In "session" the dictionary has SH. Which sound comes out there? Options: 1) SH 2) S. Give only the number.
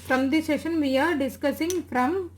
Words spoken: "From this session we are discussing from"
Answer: 1